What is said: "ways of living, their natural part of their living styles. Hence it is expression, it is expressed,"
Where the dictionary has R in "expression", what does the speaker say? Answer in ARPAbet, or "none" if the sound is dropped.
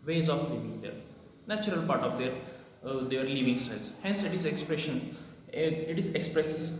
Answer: R